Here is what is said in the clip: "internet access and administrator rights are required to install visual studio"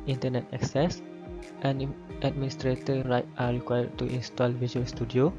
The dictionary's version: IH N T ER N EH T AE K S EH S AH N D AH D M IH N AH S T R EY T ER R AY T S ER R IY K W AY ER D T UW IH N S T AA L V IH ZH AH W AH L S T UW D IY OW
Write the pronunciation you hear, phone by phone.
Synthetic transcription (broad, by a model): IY N T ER N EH T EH K S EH S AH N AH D M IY N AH S T R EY T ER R AY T AA R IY K W AY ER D T UW IH N S T AA L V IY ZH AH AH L S T UW D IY OW